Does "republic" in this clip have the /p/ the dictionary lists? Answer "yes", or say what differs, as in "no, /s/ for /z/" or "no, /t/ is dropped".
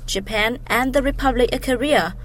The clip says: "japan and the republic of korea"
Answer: yes